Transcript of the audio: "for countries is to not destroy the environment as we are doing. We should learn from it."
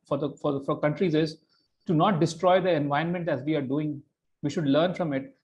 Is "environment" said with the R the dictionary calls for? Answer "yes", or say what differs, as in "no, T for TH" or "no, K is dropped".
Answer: no, R is dropped